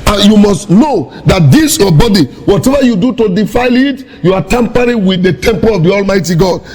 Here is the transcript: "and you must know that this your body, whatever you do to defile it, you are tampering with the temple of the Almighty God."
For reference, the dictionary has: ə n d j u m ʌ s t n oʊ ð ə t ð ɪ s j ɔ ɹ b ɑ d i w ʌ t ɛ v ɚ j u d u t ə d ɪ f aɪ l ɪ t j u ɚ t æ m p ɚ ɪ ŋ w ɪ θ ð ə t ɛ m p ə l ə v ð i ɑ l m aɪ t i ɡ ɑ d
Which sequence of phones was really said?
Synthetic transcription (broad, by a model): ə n j u m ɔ s t n oʊ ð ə t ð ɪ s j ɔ b ɑ d i w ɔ t ɛ v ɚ j u d u t ə d ɪ f aɪ l ɪ t j u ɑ t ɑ m p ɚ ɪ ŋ w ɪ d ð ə t ɛ m p ə l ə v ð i ɑ l m aɪ t i ɡ ɑ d